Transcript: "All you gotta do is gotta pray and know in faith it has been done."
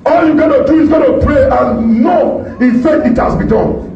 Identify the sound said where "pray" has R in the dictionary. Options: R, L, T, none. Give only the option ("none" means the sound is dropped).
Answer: R